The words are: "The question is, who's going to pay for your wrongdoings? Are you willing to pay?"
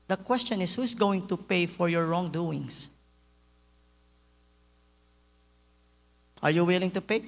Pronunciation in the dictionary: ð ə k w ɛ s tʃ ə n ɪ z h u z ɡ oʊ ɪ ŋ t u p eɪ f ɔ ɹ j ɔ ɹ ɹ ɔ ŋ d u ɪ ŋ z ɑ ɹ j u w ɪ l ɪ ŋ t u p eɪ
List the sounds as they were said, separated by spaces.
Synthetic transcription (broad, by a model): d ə k w ɛ s tʃ ə n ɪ s h u s ɡ oʊ ɪ ŋ t u p eɪ f ɔ ɹ j ɔ ɹ ɹ ɔ ŋ d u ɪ ŋ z ɑ ɹ j u w ɪ l ɪ ŋ t u p eɪ